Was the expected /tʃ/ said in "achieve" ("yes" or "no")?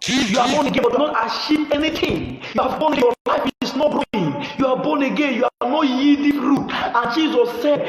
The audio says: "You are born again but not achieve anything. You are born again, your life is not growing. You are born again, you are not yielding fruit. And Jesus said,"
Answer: no